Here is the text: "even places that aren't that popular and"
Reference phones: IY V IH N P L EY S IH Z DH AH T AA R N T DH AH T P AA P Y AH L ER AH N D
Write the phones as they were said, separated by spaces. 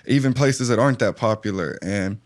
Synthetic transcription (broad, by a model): IY V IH N P L EY S IH Z DH AH T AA R N DH AH T P AA P Y L ER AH N